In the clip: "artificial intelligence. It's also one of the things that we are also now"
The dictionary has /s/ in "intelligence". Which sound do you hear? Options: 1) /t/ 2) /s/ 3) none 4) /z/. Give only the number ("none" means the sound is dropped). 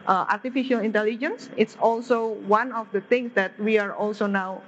2